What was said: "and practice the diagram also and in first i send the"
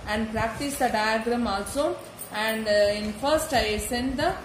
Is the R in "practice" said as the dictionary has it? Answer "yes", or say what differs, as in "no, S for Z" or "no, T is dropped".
yes